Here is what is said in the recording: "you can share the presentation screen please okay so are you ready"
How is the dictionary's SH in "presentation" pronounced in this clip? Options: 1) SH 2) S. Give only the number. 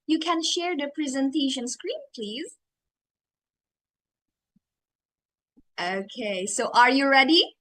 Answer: 1